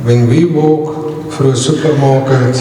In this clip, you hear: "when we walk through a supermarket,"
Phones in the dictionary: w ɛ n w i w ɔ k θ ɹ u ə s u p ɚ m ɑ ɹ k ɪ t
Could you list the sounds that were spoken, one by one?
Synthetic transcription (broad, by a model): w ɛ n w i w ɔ k f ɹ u ə s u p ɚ m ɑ k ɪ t